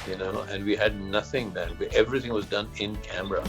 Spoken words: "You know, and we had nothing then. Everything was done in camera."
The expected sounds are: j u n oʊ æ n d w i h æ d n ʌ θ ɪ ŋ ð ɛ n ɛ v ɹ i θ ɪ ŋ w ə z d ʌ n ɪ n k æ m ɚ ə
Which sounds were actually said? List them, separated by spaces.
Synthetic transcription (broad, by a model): j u n oʊ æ n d w i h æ d n ʌ θ ɪ ŋ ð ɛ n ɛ v ɹ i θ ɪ ŋ w ə z d ʌ n ɪ n k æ m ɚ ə